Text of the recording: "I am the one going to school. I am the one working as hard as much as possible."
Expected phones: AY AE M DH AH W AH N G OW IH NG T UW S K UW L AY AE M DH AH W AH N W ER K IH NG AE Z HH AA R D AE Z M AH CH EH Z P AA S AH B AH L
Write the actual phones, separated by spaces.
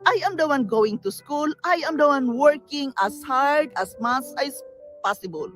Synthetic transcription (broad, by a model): AY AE M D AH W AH N G OW IH NG T UW S K UW L AY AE M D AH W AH N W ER K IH NG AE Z HH AA R D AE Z M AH S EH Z P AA S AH B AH L